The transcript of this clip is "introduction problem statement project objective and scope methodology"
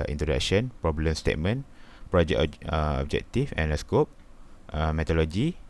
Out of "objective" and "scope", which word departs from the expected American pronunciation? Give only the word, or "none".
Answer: objective